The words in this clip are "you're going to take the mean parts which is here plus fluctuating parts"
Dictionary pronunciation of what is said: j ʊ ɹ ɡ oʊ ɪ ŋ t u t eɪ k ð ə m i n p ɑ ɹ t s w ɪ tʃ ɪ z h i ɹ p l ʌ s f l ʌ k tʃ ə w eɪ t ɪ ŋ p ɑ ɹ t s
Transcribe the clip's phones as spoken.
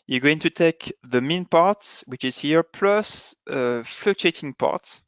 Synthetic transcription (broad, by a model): j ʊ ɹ ɡ oʊ ɪ ŋ t u t eɪ k ð ə m i n p ɑ ɹ t s w ɪ tʃ ɪ z h i ɹ p l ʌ s f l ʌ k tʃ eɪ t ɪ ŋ p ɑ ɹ t s